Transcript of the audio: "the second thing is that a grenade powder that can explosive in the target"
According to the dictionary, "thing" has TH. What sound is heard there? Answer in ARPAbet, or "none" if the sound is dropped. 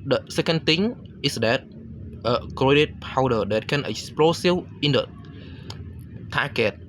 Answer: T